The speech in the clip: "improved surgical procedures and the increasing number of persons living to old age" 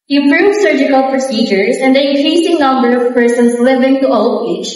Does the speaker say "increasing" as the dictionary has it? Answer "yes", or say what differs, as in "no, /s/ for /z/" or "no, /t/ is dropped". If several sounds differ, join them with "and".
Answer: no, /n/ is dropped